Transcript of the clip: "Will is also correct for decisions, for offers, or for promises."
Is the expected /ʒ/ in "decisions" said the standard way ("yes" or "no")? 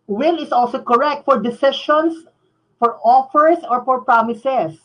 no